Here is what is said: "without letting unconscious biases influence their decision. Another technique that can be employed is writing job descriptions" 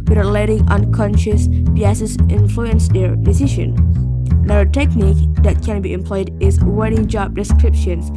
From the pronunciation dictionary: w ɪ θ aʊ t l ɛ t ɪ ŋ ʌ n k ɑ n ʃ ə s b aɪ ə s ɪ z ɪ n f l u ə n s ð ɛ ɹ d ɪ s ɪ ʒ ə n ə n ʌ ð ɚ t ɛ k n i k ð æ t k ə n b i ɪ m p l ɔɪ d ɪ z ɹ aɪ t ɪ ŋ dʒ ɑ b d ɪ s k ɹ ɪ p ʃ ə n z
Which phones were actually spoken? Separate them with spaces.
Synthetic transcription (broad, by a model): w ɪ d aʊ l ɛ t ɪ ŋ ʌ n k ɑ n ʃ ə s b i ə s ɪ s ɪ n f l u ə n s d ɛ ɹ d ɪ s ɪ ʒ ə n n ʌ ɚ t ɛ k n i k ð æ t k ə n b i ɪ m p l ɔɪ d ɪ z w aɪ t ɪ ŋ dʒ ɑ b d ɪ s k ɹ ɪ p ʃ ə n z